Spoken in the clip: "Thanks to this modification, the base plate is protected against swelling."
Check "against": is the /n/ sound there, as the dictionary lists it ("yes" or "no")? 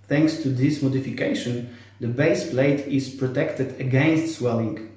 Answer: yes